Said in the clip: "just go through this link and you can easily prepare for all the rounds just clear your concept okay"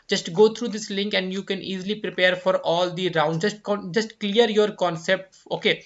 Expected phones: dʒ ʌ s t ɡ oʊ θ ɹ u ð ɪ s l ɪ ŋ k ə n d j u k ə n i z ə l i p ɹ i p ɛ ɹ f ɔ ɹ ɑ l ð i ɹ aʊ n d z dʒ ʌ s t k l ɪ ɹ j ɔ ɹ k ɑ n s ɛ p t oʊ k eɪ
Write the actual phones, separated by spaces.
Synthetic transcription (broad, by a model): dʒ ʌ s t ɡ oʊ t ɹ u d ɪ s l ɪ ŋ k ə n d j u k ə n i z ə l i p ɹ i p ɛ ɹ f ɔ ɹ ɑ l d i ɹ aʊ n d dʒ dʒ ʌ s t k l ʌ ɹ j ɔ ɹ k ɑ n s ɛ p t oʊ k eɪ